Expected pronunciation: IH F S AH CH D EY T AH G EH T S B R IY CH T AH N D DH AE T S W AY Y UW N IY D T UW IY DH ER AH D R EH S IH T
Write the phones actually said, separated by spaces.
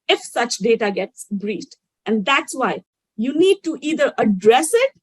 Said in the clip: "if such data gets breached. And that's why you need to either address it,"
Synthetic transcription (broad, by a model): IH F S AH CH D EY T AH G EH T S B R IY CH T AH N D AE T S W AY Y UW N IY D T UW IY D ER AH D R EH S IH T